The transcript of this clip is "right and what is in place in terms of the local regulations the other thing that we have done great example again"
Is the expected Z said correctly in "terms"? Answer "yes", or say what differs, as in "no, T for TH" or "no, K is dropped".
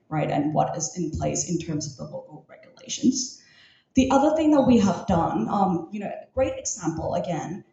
yes